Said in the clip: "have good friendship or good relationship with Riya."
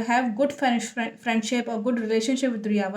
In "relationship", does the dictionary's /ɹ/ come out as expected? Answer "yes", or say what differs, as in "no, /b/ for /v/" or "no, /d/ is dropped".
yes